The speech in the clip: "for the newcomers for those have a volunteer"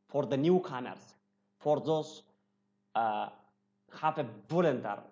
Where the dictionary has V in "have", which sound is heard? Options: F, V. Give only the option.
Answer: F